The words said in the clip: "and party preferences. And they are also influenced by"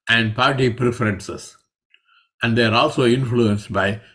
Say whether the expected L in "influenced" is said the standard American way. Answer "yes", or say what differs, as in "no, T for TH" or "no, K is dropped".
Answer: yes